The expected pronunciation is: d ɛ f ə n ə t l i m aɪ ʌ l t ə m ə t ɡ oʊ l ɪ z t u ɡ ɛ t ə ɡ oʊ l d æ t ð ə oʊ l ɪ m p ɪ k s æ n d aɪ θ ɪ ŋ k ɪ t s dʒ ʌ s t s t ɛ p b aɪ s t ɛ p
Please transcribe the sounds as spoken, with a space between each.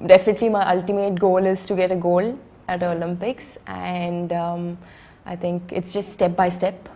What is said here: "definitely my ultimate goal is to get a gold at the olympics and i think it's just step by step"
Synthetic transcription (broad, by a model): d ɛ f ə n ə t l i m aɪ ʌ l t ə m ə t ɡ oʊ l ɪ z t u ɡ ɛ t ə ɡ oʊ l æ t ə oʊ l ɪ m p ɪ k s æ n d aɪ t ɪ ŋ k ɪ t s dʒ ʌ s t s t ɛ p b aɪ s t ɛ p